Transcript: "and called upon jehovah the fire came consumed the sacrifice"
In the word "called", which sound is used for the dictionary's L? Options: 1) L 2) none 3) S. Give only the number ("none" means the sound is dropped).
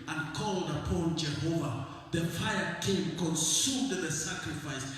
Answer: 1